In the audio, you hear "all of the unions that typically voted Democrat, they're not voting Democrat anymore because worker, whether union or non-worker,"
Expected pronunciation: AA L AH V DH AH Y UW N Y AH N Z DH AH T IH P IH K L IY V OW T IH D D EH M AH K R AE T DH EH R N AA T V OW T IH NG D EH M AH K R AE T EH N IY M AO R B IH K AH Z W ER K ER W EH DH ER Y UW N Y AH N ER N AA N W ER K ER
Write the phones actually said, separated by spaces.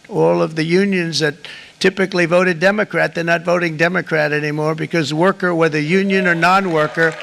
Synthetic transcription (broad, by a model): AA L AH V DH AH Y UW N Y AH N Z DH AH T IH P IH K L IY V OW T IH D D EH M AH K R AE T DH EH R N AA T V OW T IH NG D EH M AH K R AE T EH N IY M AO R B IH K AH Z W ER K ER W EH DH ER Y UW N Y AH N ER N AA N W ER K ER